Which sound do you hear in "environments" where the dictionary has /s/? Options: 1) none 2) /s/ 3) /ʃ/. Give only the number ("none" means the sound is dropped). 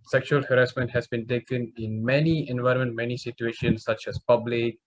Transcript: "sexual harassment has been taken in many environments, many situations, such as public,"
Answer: 1